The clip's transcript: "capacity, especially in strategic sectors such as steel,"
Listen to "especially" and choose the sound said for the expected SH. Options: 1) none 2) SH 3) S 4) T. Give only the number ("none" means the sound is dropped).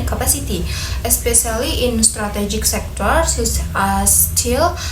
3